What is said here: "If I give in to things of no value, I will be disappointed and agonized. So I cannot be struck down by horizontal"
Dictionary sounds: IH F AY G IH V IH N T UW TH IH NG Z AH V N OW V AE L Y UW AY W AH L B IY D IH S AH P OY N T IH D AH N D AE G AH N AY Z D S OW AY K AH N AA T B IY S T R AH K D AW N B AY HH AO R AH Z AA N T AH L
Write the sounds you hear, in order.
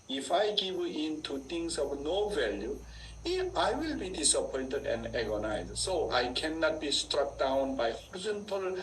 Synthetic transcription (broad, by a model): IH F AY G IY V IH N T UW T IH NG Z AH V N OW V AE L Y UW AY W AH L B IY D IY S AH P OY N T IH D AH N D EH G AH N AY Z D S OW AY K AH N AA T B IY S T R AH K D AW N B AY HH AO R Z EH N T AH L